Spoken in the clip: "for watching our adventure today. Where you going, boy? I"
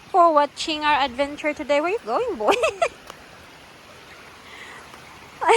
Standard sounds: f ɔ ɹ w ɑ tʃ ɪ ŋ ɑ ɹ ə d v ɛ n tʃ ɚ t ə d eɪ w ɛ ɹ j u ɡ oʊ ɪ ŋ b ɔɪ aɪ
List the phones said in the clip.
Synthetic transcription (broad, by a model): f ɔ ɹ w ɑ tʃ ɪ ŋ ɑ ɹ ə d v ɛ n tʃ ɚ t ə d eɪ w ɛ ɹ j u ɡ oʊ ɪ ŋ b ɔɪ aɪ